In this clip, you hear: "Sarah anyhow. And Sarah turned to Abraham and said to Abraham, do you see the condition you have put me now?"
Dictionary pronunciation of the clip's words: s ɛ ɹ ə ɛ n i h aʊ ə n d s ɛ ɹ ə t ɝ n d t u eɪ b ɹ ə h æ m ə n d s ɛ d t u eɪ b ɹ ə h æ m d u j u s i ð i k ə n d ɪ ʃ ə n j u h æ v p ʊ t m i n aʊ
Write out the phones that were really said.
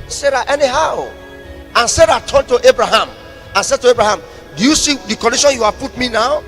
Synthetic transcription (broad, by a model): s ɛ ɹ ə ɛ n i h aʊ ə n s ɛ ɹ ə t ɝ n t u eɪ b ɹ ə h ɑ m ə n s ɛ d t u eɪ b ɹ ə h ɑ m d u j u s i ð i k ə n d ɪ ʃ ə n j u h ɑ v p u t m i n aʊ